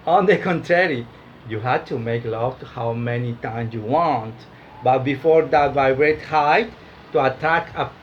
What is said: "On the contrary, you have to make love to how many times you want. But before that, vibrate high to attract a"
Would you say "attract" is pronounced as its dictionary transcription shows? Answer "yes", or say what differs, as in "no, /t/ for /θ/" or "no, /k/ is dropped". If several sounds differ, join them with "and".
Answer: no, /ɹ/ is dropped and /t/ is dropped